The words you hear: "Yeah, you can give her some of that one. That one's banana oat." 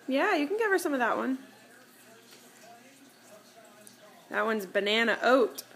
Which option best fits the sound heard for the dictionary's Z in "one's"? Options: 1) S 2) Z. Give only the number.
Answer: 2